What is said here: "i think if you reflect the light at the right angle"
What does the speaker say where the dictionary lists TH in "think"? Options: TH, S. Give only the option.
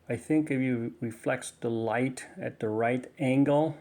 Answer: TH